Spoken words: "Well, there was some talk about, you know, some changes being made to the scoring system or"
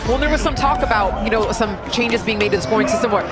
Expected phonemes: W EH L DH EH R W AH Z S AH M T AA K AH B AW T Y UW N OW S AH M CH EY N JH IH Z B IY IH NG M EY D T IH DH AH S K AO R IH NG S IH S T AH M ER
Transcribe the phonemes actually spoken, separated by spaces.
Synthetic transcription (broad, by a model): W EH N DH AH R W AH Z S AH M T AA K AH B AW T Y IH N OW S AH M CH EY N JH IH Z B IY IH NG M EY D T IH DH AH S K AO R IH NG S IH S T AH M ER